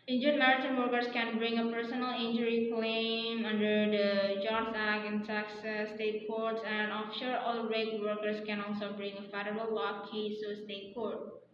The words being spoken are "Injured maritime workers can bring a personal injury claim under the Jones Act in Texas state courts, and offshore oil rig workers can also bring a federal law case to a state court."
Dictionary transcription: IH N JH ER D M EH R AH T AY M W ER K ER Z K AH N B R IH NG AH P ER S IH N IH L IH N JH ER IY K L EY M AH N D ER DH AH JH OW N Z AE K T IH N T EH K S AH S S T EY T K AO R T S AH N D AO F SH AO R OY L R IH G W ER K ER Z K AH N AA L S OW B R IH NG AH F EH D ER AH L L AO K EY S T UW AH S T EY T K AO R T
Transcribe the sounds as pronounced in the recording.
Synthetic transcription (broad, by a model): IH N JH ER M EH R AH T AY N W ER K ER S K AH N B R IH NG AH P ER S IH N IH L IH N JH ER IY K L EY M AH N D ER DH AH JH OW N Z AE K IH N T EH K S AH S S T EY T K AO R T S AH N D AO F SH AO R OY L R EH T W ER K ER S K AH N AA L S OW B R IH NG AH F EH D ER AH L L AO K EY S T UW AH S T EY T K AO R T